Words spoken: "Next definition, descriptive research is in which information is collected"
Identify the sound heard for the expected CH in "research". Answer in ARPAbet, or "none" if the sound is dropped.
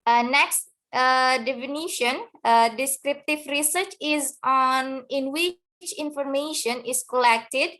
CH